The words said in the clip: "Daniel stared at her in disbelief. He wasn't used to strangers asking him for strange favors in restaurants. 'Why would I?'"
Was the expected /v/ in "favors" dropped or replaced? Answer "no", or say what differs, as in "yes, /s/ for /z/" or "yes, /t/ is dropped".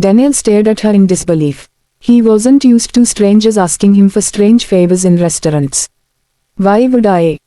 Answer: yes, /b/ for /v/